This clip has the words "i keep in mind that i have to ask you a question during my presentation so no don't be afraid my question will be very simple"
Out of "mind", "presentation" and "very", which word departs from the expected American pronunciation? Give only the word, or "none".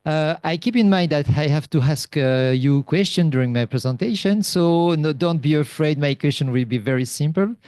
none